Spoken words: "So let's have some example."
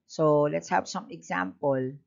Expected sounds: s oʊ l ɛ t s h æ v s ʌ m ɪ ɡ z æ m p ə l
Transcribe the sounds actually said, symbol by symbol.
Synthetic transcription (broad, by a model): s oʊ l ɛ t s h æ p s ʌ m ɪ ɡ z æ m p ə l